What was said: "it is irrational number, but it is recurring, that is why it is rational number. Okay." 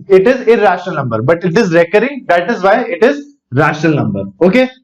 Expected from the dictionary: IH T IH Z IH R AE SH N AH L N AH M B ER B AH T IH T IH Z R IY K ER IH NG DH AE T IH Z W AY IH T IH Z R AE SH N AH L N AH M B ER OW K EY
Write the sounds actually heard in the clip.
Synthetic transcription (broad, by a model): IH T IH Z IH R AE SH N AH L N AH M B ER B AH T IH T IH Z R IY K ER IH NG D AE T IH Z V AY IH T IH Z R AE SH N AH L N AH M B ER OW K EY